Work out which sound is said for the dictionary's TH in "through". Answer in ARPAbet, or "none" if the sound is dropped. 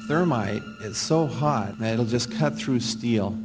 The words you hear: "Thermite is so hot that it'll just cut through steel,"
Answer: TH